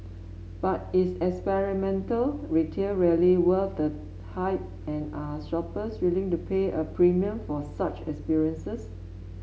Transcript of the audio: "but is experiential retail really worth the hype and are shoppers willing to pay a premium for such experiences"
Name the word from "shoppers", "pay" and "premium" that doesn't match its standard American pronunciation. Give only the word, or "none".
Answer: shoppers